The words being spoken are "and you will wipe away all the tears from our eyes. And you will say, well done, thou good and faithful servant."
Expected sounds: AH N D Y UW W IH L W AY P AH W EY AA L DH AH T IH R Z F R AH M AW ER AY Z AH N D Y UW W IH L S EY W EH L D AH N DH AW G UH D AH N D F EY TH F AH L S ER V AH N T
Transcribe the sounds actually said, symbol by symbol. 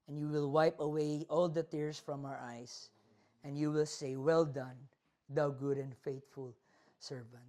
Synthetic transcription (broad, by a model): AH N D Y UW W IH L W AY P AH W EY AA L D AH T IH R S F R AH M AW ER AY S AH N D Y UW W IH L S EY W EH L D AH N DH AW G UH D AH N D F EY T F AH L S ER V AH N T